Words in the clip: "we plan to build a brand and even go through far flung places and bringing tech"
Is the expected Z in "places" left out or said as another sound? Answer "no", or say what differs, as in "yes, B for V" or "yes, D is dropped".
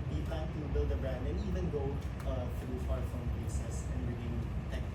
yes, S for Z